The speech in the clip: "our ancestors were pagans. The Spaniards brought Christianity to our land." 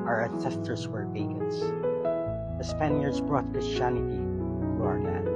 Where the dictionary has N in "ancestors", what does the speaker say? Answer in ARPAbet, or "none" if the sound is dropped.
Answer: none